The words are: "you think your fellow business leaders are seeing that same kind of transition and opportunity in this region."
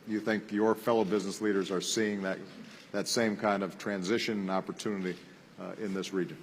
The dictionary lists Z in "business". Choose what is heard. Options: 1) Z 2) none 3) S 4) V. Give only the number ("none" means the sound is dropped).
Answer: 1